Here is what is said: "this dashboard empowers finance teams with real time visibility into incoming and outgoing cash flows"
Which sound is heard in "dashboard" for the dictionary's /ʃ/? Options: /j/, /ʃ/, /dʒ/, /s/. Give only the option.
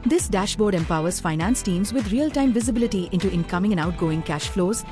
/ʃ/